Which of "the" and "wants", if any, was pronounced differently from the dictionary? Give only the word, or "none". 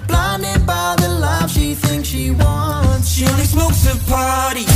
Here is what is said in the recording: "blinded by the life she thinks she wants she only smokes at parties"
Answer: wants